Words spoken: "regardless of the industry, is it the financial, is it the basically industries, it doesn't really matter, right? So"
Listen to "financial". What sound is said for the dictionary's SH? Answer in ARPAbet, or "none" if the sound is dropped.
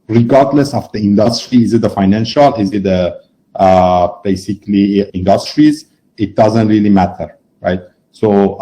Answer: SH